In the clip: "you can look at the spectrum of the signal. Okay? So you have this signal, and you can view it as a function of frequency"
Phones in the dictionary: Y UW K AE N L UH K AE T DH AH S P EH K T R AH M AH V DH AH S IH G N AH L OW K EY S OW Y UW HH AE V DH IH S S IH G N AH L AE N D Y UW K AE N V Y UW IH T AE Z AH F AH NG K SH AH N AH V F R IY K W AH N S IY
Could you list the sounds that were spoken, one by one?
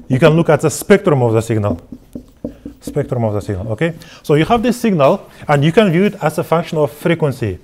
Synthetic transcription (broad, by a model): Y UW K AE N L UH K AE T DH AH S P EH K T R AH M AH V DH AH S IH G N AH L OW K EY S OW Y UW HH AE V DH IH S S IH G N AH L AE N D Y UW K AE N V Y UW IH T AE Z AH F AH NG K SH AH N AH V F R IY K W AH N S IY